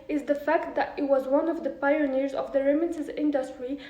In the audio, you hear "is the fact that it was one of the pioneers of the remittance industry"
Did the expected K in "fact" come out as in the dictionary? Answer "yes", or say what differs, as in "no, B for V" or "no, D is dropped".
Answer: yes